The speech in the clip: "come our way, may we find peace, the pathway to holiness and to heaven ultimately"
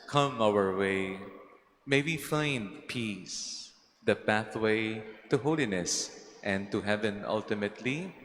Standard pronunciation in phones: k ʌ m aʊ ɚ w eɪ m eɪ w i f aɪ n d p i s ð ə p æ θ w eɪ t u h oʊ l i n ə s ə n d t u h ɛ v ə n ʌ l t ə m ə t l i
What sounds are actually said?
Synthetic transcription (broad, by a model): k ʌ m aʊ ɚ w eɪ m eɪ w i f aɪ n d p i s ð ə p æ θ w eɪ t u h oʊ l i n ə s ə n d t u h ɛ v ə n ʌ l t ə m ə t l i